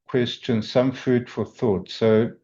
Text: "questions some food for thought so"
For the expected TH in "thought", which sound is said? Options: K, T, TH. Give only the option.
TH